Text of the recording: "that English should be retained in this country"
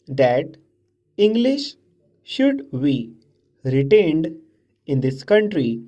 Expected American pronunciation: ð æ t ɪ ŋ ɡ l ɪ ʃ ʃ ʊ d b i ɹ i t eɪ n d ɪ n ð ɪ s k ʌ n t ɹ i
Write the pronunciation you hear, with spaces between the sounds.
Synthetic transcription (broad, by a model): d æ t ɪ ŋ ɡ l ɪ ʃ ʃ ʊ d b i ɹ i t eɪ n d ɪ n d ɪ s k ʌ n t ɹ i